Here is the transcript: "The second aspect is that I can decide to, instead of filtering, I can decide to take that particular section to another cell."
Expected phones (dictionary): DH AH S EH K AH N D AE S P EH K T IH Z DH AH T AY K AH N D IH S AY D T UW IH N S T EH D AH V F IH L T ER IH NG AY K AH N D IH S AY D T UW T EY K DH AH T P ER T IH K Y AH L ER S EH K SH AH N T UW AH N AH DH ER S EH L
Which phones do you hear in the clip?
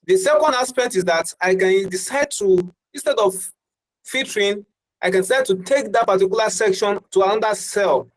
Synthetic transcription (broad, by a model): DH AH S EH K AH N D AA S P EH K T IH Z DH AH T AY K AH N D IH S AY D T UW IH N S T EH D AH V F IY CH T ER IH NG AY K AH N D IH S AY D T UW T EY K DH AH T P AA T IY K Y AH L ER S EH K SH AH N T UW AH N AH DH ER S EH L